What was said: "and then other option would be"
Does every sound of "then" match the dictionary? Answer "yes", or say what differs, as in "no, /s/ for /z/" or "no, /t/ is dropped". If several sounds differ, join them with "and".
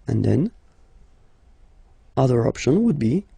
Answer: yes